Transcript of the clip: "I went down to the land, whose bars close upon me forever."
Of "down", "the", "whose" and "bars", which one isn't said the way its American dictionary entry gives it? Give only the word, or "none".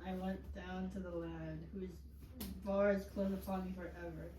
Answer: none